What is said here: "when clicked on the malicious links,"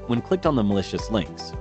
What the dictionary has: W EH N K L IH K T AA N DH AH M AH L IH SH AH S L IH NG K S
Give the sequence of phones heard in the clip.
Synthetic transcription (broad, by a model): W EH N K L IH K T N DH AH M AH L IH SH AH S L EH NG K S